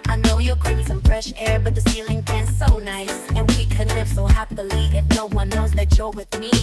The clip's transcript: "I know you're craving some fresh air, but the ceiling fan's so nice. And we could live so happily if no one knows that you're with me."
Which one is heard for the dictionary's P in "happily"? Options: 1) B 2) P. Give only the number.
1